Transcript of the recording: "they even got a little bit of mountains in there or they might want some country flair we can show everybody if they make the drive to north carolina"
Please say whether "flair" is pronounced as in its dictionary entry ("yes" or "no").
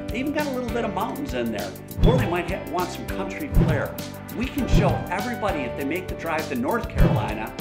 no